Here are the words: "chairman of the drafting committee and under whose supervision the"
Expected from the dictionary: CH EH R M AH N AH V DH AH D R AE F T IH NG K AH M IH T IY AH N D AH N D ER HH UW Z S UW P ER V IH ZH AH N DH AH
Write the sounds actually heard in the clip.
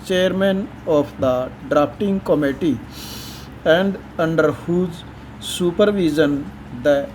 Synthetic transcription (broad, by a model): CH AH R M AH N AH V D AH D R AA P T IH NG K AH M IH T IY AH N D AH N D ER HH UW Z S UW P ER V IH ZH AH N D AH